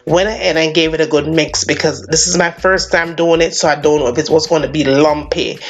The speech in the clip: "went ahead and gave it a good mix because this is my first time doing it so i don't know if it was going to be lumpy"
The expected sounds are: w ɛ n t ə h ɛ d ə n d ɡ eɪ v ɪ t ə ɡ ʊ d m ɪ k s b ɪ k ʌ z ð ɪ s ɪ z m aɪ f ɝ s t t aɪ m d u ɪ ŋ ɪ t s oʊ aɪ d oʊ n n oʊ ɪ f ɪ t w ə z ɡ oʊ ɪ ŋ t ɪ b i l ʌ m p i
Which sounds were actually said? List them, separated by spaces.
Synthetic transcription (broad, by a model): w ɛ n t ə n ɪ ə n ɡ eɪ v ɪ t ə ɡ ʊ d m ɪ k s b ɪ k ʌ z ð ɪ s ɪ z m aɪ f ɝ s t t aɪ m d u ɪ ŋ ɪ t s oʊ aɪ d oʊ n n oʊ ɪ f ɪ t w ə z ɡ oʊ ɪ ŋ t ɪ b i l ʌ m p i